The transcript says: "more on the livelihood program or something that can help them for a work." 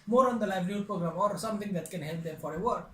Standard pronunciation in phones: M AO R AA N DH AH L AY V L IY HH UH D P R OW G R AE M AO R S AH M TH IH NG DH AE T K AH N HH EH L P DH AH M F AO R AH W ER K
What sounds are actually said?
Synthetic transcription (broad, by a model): M AO R AA N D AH L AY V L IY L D P R OW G R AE M AO R S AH M T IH NG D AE T K AH N HH EH L P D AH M F AO R AH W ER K